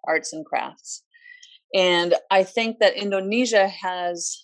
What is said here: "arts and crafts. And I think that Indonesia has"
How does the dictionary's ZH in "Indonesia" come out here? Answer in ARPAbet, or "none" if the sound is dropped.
ZH